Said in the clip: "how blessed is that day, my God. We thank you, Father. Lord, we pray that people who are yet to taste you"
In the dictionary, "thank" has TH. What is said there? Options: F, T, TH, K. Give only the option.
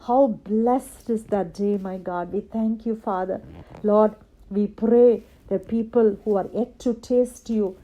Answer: T